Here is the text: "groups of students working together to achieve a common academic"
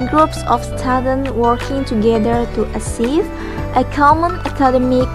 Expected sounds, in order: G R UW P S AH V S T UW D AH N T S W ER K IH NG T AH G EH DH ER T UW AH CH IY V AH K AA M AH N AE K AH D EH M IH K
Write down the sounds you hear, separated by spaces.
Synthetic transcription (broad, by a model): G R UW P S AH F S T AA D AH N W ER K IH NG T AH G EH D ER T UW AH S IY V AH K AA M AH N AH K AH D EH M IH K